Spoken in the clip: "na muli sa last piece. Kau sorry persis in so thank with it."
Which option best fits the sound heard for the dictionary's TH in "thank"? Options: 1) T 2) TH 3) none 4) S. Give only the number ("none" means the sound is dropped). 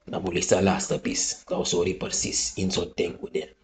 1